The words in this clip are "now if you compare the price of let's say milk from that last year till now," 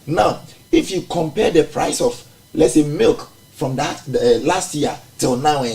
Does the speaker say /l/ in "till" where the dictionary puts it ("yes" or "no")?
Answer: yes